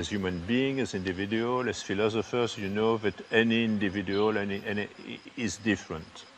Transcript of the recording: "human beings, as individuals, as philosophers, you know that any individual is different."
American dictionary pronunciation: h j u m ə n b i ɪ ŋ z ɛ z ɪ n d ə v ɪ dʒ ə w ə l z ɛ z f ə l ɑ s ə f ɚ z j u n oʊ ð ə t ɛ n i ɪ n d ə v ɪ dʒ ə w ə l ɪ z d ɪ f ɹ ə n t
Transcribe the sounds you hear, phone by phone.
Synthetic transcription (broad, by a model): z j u m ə n b i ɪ ŋ ɛ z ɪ n d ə v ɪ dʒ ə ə l ɛ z f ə l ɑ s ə f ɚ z j u n oʊ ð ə t ɛ n i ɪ n d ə v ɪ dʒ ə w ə n ɪ z d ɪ f ɹ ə n t